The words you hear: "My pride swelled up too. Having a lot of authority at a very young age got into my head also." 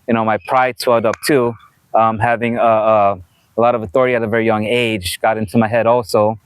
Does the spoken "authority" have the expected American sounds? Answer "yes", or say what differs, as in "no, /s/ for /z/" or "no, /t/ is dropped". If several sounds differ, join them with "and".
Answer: yes